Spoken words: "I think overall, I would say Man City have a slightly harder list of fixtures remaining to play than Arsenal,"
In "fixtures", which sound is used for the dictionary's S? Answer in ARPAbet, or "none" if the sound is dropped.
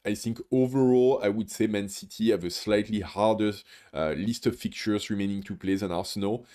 none